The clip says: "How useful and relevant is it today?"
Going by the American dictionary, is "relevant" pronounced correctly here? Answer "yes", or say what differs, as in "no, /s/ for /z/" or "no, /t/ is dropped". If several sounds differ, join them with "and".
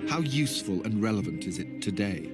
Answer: yes